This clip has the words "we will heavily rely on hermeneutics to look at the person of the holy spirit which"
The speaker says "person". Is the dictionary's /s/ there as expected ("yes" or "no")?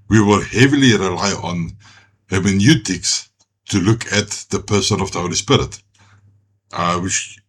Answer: yes